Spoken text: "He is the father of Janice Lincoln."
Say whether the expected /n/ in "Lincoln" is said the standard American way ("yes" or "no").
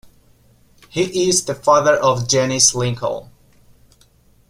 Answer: no